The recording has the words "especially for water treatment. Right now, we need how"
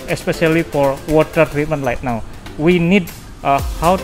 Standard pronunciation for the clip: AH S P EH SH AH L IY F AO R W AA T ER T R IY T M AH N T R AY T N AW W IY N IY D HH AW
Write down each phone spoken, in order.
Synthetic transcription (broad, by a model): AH S P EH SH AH L IY F AO R W AA T ER T R IY T M AH N T L AY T N AW W IY N IY D HH AW